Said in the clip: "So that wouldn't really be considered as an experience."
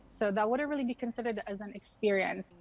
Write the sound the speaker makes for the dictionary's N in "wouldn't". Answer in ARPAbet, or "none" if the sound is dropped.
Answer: none